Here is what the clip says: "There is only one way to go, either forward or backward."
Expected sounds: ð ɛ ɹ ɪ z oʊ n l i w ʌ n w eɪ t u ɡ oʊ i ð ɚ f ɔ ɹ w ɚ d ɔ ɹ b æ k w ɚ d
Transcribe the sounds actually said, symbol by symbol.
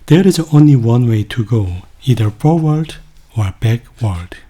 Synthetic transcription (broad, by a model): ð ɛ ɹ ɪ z oʊ n l i w ʌ n w eɪ t u ɡ oʊ i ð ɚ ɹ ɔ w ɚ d ɔ ɹ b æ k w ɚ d